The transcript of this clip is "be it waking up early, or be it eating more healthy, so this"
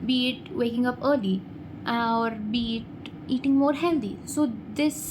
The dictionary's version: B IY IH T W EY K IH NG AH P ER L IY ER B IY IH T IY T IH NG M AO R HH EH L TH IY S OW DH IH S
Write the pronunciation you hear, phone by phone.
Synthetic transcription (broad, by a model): B IY T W EY K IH NG AH P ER L IY ER B IY T IY T IH NG M AO R HH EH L T IY S OW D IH S